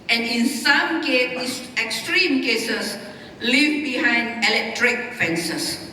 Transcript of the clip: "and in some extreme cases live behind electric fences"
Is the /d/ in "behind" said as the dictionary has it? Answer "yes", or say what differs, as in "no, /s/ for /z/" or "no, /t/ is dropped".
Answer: yes